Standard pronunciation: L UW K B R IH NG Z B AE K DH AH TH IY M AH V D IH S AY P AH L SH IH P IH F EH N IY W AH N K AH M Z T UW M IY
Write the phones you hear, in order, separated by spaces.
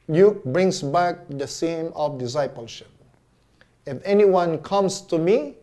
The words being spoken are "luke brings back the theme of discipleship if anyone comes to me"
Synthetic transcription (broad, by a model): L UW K B R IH NG S B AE K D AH S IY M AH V D IH S AY P AH L SH IH P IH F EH N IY W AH N K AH M S T UW M IY